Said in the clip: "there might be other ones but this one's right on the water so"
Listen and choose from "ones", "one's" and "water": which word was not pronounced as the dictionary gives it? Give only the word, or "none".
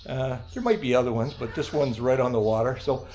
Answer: none